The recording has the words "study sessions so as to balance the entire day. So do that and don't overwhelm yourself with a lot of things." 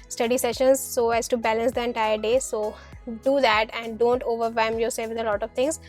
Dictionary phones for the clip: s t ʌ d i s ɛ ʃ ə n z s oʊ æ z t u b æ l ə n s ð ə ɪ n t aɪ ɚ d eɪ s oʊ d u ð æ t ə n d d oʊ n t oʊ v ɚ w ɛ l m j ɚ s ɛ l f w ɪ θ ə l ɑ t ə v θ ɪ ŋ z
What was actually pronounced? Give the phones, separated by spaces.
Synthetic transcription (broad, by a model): s t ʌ d i s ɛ ʃ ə n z s oʊ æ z t u b æ l ə n s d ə ɪ n t aɪ ɚ d eɪ s oʊ d u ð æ t ə n d d oʊ n t oʊ v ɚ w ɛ m j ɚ s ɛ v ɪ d ə l ɑ t ə v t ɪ ŋ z